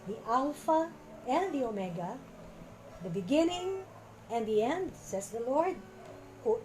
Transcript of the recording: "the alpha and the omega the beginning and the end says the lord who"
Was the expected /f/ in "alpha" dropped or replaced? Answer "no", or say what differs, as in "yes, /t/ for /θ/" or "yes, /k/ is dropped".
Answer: no